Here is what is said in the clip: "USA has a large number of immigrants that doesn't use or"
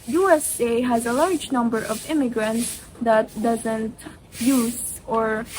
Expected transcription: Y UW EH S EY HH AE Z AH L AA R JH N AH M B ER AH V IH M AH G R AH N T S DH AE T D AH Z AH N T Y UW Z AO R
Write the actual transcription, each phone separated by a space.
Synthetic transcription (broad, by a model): Y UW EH S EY HH AE Z AH L AA R JH N AH M B ER AH V IH M AH G R AH N T S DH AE T D AH Z AH N T Y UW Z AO R